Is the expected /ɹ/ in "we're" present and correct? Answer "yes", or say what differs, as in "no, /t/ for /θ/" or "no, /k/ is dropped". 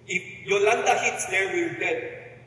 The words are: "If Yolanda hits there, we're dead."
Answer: no, /l/ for /ɹ/